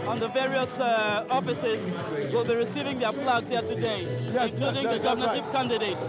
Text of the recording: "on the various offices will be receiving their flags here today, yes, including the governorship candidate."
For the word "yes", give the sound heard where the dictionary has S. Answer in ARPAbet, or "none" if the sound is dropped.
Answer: none